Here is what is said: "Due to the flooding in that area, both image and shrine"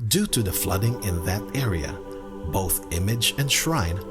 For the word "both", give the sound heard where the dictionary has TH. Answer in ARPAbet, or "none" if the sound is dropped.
TH